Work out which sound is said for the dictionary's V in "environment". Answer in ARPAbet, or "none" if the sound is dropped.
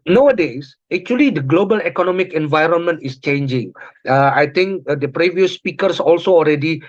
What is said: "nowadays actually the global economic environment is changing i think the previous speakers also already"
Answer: V